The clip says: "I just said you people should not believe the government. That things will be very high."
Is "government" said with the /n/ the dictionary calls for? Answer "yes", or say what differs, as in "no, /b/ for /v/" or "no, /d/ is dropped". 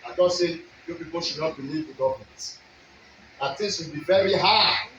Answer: no, /n/ is dropped